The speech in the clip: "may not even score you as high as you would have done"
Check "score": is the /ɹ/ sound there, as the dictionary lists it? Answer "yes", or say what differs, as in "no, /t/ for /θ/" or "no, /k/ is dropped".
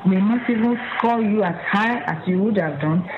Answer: no, /l/ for /ɹ/